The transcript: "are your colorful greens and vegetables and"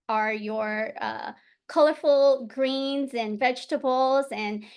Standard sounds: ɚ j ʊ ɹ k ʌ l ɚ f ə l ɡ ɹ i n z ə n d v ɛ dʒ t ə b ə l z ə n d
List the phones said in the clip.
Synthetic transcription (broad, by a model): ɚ j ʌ ɹ k ʌ l ɚ f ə l ɡ ɹ i n z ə n v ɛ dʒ t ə b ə l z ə n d